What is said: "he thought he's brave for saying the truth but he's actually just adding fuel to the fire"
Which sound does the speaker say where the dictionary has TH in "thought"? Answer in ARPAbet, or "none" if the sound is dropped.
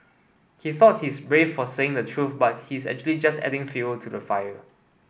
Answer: TH